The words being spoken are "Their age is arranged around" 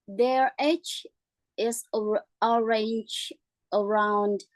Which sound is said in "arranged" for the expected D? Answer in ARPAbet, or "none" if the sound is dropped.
none